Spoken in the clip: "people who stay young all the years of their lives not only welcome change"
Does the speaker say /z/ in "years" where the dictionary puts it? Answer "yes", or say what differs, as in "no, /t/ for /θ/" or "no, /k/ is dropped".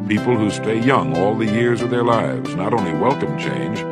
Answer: yes